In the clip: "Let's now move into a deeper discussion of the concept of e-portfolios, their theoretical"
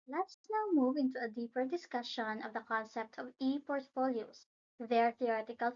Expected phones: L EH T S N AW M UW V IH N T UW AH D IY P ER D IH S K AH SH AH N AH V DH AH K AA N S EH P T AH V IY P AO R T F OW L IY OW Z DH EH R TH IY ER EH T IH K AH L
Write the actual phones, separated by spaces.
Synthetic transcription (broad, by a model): L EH T S N AW M UW V IH N T UW AH D IY P ER D IH S K AH SH AH N AH V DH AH K AA N S EH P T AH V IY P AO R T F OW L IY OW S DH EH R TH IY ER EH T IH K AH L